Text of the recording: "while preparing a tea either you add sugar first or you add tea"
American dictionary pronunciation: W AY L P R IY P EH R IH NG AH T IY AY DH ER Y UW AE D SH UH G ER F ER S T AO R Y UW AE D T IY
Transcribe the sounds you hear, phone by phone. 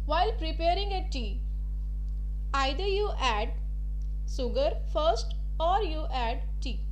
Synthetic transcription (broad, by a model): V AY L P R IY P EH R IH NG AH T IY AY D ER Y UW AE D S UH G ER F ER S T AO R Y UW AE D T IY